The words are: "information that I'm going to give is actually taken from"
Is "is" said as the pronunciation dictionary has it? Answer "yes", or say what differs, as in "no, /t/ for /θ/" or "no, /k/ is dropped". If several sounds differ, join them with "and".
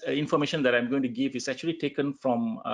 no, /s/ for /z/